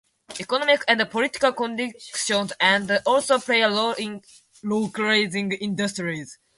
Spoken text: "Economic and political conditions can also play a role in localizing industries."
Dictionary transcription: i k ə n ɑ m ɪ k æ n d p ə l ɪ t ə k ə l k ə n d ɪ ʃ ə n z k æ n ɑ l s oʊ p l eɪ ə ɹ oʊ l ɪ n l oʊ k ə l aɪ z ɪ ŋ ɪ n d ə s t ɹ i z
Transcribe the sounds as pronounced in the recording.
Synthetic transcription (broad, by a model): i k ə n ɑ m ɪ k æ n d p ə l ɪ t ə k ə l k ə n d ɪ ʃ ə n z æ n ɑ l s oʊ p l eɪ ə l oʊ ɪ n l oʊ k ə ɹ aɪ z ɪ ŋ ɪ n d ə s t ɹ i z